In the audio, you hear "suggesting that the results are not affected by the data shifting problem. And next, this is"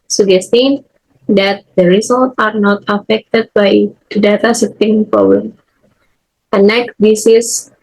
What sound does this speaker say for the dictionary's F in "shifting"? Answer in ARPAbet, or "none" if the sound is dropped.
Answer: none